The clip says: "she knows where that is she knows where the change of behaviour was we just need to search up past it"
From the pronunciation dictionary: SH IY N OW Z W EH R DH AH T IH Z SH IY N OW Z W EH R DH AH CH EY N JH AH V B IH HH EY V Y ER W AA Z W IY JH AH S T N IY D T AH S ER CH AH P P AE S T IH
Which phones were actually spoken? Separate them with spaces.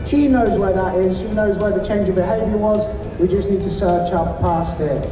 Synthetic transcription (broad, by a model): SH IY N OW Z W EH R DH AH T IH Z SH IY N OW Z W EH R DH AH CH EY N JH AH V B IH HH EY V Y ER W AA Z W IY JH AH S N IY D T AH S ER CH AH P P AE S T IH